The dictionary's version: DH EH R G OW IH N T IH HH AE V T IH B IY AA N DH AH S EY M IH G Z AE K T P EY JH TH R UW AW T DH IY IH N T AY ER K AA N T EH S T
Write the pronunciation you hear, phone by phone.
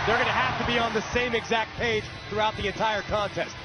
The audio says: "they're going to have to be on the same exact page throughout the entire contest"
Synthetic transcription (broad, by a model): DH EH R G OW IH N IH HH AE F T IH B IY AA N DH AH S EY M IH G Z AE K T P EY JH TH R UW AW T DH IY IH N T AY ER K AA N T EH S T